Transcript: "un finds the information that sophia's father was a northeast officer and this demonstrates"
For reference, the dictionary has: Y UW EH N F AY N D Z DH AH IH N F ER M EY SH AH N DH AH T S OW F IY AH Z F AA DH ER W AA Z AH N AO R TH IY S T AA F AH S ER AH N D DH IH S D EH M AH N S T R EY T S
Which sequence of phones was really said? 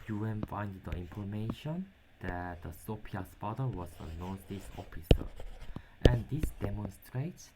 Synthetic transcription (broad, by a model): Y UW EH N F AY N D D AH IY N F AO M EY SH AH N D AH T S OW P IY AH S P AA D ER W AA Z AH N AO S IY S AA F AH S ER AH N D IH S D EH M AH N S T R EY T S